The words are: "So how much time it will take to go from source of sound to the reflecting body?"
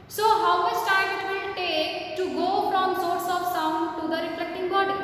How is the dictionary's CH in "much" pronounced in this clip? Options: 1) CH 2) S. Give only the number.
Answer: 2